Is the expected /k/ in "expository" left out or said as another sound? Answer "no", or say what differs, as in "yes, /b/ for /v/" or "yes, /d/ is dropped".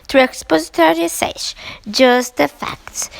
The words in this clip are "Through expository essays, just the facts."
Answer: no